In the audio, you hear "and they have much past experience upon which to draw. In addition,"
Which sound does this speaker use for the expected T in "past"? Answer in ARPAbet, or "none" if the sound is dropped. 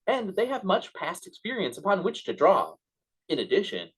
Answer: T